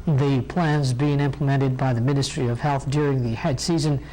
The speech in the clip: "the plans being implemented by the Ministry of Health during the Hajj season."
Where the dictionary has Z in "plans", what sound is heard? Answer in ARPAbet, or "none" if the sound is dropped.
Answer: Z